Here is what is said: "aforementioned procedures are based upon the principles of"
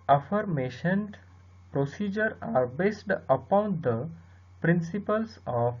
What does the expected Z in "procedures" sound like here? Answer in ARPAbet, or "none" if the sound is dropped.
none